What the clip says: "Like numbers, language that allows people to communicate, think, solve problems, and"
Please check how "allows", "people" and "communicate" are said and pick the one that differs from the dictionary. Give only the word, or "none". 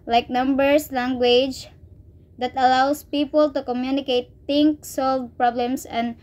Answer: allows